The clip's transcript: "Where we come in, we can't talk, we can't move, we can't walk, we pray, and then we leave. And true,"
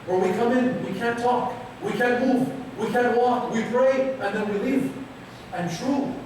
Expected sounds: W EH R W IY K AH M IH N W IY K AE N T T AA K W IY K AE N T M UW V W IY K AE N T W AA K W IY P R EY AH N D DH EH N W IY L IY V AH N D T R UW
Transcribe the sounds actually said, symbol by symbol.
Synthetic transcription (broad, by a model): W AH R W IY K AH M IH N W IY K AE N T T AA K W IY K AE N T M UW V W IY K AE N T W AA K W IY P R EY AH N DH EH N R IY L IY F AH N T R UW